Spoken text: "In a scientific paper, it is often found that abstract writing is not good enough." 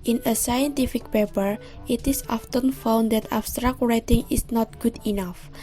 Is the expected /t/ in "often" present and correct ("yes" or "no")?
yes